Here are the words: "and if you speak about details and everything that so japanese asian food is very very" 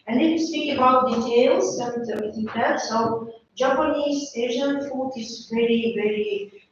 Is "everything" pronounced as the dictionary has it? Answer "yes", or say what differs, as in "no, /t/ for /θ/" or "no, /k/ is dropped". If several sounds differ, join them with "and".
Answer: no, /t/ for /θ/